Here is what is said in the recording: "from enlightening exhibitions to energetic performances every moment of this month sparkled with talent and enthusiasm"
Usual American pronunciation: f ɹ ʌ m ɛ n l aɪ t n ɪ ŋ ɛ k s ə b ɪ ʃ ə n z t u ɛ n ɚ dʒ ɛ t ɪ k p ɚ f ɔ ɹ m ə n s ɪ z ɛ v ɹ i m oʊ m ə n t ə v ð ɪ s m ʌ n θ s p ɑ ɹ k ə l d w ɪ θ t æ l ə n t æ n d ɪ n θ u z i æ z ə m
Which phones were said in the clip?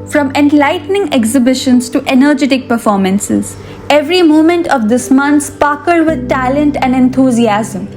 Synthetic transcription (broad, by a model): f ɹ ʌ m ɛ n l aɪ t n ɪ ŋ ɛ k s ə b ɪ ʃ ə n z t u ɛ n ɚ dʒ ɛ t ɪ k p ɚ f ɔ ɹ m ə n s ɪ z ɛ v ɹ i m oʊ m ə n t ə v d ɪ s m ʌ n t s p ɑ k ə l d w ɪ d t æ l ə n t æ n d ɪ n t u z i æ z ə m